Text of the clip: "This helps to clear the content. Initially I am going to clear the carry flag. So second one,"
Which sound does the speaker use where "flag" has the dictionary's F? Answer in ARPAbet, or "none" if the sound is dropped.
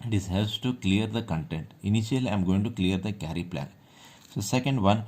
P